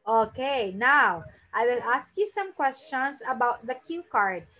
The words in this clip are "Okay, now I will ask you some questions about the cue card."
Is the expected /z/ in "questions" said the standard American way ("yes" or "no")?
no